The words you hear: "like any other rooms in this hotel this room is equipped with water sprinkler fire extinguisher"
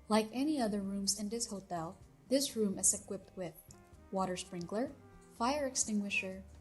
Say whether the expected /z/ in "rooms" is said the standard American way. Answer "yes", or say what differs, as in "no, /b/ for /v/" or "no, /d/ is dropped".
yes